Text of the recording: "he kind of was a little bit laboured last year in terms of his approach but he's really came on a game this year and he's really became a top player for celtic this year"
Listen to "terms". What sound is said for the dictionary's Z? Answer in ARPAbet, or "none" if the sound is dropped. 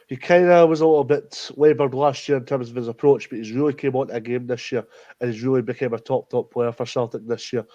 Z